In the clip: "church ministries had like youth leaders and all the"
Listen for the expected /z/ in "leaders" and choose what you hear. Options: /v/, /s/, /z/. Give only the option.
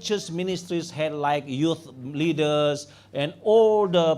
/s/